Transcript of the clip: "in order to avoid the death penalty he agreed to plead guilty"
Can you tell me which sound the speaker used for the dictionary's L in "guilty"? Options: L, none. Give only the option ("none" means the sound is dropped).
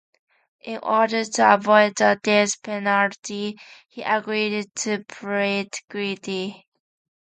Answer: none